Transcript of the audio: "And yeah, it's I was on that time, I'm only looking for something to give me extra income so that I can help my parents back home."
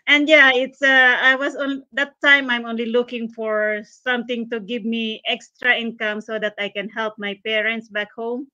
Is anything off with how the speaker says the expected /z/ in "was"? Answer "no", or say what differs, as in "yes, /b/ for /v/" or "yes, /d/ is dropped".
yes, /s/ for /z/